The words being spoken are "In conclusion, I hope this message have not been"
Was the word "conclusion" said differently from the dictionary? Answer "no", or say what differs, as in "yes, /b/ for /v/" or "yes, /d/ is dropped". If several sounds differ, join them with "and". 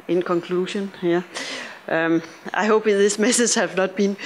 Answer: yes, /ʃ/ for /ʒ/